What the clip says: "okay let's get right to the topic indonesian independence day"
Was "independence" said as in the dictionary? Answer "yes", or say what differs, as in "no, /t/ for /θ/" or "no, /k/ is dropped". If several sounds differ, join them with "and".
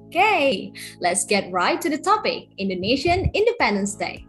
yes